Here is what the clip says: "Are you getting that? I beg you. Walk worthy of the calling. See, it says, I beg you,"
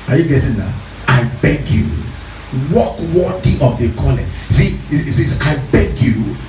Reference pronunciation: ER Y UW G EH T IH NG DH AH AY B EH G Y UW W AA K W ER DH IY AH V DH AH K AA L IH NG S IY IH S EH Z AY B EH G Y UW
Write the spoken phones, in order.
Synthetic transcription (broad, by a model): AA Y UW G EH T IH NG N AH AY B EH G Y UW W AA K W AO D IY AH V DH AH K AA N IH S IY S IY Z AY B EH G Y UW